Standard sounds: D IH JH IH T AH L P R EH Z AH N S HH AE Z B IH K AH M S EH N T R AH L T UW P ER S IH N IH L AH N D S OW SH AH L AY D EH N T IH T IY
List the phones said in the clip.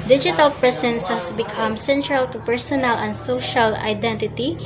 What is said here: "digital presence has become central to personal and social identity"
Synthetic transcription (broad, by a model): D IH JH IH T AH L P R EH S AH N S HH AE S B IH K AH M S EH N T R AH L T UW P ER S IH N IH L AH N D S OW SH AH L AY D EH N T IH T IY